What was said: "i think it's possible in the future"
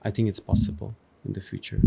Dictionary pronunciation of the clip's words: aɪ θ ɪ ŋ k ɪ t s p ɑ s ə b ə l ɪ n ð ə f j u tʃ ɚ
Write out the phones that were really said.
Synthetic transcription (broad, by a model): aɪ θ ɪ ŋ k ɪ t s p ɑ s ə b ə l ɪ n ð ə f j u tʃ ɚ